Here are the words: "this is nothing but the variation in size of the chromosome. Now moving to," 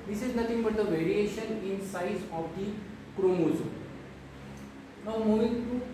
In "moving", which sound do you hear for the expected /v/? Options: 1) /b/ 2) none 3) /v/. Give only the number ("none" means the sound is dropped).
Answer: 2